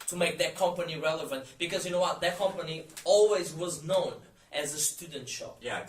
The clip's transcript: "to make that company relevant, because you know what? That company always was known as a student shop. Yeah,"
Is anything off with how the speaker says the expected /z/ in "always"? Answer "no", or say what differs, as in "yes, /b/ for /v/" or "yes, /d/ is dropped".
no